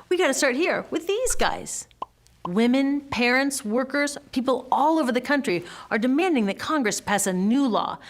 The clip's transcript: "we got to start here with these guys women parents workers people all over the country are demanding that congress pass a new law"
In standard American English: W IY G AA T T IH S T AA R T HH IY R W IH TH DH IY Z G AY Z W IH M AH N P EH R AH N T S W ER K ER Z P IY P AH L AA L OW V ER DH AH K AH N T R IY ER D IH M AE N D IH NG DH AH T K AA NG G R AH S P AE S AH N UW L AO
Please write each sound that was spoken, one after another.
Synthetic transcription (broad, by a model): W IY G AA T T IH S T AA R T HH IY R W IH DH IY Z G AY Z W IH M AH N P EH R AH N T S W ER K ER Z P IY P L AA L OW V ER DH AH K AH N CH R IY ER D IH M AE N D IH NG DH AH T K AA NG G R AH S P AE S AH N UW L AO